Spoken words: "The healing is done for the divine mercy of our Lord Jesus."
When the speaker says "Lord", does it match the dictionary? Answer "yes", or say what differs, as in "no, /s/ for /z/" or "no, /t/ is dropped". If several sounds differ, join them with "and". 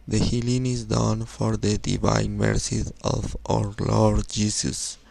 yes